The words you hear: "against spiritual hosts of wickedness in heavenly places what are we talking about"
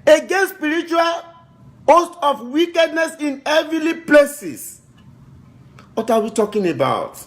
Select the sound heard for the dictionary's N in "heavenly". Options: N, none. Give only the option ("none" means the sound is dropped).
none